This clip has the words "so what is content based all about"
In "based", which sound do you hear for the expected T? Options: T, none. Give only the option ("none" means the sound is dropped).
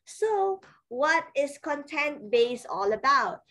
none